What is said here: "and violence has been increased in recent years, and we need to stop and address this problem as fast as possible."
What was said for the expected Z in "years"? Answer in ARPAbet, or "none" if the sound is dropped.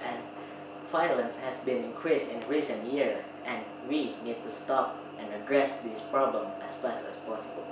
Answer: none